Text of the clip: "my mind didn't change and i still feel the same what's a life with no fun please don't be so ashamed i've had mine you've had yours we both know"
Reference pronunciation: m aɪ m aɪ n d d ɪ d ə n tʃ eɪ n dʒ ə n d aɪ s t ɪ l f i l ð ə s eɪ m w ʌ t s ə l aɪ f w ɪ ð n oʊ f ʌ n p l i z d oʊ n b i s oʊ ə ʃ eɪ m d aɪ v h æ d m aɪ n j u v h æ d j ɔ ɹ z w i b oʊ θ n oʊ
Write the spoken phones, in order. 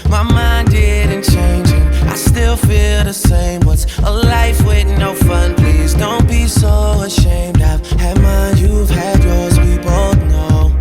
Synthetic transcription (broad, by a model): m aɪ m aɪ n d d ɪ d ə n tʃ eɪ n dʒ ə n aɪ s t ɪ l f i l ð ə s eɪ m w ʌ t s ə l aɪ f w ɪ ð n oʊ f ʌ n p l i z d oʊ n b i s oʊ ə ʃ eɪ m d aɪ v h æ m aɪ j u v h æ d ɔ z w i b oʊ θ n oʊ